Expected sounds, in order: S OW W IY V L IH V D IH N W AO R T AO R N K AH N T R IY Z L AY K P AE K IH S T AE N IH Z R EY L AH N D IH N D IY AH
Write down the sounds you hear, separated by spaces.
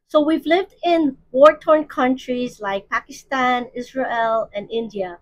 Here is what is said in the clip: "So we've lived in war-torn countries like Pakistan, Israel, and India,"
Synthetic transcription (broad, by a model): S OW W IY V L IH V D IH N W AO R T AO R N K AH N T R IY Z L AY K P AE K IH S T AE N IH Z R EY L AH N IH N D IY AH